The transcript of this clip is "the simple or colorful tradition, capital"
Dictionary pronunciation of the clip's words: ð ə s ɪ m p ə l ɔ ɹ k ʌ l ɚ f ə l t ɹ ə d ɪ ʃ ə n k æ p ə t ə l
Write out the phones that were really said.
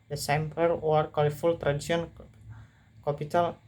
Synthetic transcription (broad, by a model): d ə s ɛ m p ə w ɔ ɹ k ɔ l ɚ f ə l t ɹ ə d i s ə n k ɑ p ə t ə l